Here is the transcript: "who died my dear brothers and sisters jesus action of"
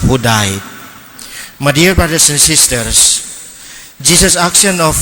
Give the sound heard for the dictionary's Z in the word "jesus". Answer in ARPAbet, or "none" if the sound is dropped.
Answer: S